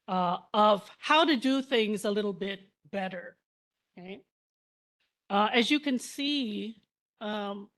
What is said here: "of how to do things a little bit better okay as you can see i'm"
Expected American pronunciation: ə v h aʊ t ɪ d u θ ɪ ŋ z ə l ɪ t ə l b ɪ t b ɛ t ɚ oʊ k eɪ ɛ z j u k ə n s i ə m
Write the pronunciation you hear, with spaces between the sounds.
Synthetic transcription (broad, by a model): ə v h aʊ t ɪ d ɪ θ ɪ ŋ z ə l ɪ t l b ɪ t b ɛ t ɚ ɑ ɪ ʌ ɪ z j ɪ k ə n s i ə m